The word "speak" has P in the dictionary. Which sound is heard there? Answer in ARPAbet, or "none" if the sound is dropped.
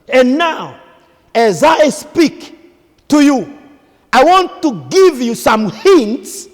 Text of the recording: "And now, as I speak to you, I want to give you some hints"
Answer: P